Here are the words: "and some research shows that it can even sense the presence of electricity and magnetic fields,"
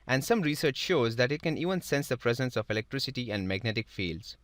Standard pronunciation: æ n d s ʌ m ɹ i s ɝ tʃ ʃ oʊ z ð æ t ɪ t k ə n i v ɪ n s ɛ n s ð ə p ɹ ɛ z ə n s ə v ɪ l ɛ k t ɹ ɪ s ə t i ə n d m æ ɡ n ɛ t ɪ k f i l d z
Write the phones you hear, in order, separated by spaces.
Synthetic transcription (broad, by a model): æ n d s ʌ m ɹ i s ɝ tʃ ʃ oʊ z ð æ t ɪ t k ə n i v ɪ n s ɛ n s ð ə p ɹ ɛ z ə n s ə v ɪ l ɛ k t ɹ ɪ s ə t i ə n d m æ ɡ n ɛ t ɪ k f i l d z